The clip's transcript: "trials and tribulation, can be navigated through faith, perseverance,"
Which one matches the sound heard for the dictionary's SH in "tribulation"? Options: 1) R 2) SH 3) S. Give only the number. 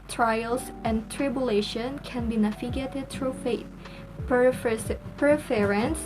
2